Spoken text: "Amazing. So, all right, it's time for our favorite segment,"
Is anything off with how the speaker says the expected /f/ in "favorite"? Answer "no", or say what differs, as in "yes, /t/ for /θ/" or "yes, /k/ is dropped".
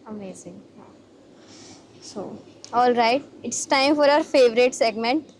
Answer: no